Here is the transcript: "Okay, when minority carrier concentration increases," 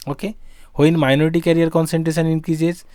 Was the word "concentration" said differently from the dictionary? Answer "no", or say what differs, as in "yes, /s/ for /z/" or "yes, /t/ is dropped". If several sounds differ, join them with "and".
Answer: yes, /s/ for /ʃ/